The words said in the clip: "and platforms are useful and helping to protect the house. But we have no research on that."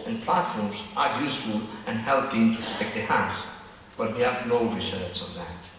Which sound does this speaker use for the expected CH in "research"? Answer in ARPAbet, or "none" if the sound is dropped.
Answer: S